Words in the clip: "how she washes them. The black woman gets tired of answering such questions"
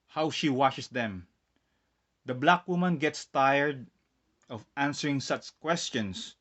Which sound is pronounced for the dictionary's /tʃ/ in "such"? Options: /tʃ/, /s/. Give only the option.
/tʃ/